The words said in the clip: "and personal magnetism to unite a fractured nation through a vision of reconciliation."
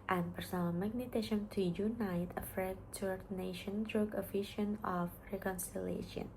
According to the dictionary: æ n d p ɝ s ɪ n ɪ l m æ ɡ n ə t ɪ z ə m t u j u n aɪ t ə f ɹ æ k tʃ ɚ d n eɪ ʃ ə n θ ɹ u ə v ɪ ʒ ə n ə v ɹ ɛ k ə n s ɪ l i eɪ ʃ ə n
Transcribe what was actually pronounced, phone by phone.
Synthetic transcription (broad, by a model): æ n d p ɝ s ɪ n ɪ l m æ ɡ n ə t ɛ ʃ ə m t u j u n aɪ t ə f ɹ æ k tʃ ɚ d n eɪ ʃ ə n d ɹ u ə f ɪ ʃ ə n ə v ɹ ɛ k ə n s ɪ l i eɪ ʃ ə n